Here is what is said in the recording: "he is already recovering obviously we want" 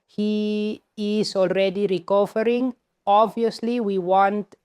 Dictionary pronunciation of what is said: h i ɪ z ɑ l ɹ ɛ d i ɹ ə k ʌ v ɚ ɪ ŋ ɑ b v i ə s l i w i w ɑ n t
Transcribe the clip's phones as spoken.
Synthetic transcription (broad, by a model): h i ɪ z ɑ l ɹ ɛ d i ɹ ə k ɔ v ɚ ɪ ŋ ɑ b v i ə s l i w i w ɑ n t